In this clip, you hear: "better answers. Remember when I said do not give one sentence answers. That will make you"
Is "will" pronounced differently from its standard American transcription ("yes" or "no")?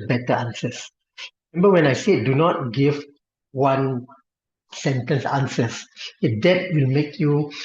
no